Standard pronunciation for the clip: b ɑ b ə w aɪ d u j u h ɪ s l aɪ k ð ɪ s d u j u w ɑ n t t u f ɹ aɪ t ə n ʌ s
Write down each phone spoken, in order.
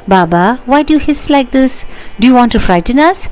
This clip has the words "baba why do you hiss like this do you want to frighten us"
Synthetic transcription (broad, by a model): b ɑ b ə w aɪ d u j u h ɪ s l aɪ k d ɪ s d u j u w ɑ n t t u f ɹ aɪ t ə n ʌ s